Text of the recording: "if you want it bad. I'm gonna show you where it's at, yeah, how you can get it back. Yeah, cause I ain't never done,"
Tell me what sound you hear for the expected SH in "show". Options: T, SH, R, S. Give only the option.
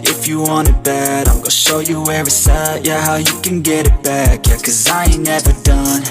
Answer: SH